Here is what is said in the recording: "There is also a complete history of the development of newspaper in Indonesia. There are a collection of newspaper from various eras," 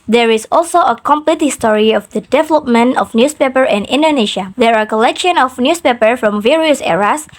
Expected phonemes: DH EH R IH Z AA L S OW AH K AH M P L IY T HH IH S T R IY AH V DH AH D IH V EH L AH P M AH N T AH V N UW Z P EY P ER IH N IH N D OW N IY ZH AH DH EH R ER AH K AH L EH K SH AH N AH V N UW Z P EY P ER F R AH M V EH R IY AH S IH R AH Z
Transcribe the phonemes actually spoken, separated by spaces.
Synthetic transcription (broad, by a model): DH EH R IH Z AA L S OW AH K AH M P L IY T HH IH S T R IY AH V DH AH D IH V EH L AH P M AH N T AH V N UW S P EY P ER IH N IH N D OW N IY SH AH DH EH R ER AH K AH L EH K SH AH N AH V N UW S P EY P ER F R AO M V EH R IY AH S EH R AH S